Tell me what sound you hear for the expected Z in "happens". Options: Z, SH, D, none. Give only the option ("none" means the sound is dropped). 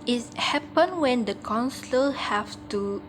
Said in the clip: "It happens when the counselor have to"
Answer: none